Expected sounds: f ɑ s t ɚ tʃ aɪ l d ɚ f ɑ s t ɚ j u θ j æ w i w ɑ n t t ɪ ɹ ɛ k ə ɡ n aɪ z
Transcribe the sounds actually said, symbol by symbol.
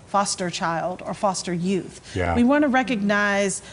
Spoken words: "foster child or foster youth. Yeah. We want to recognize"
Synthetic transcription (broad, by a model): f ɑ s t ɚ tʃ aɪ l d ɚ f ɑ s t ɚ j u θ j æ w i w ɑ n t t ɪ ɹ ɛ k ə ɡ n aɪ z